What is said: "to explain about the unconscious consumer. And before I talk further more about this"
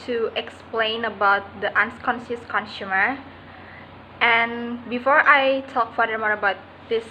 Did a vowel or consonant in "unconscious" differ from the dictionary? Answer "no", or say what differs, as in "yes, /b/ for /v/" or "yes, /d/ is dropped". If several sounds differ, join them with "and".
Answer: yes, /s/ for /ʃ/